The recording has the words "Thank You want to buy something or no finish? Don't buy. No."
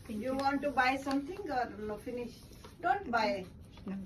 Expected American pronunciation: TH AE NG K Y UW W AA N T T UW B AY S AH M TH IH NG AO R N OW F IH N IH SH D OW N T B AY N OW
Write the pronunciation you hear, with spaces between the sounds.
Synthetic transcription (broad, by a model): Y UW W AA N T T UW B AY S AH M T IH NG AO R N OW F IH N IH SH D OW N T B AY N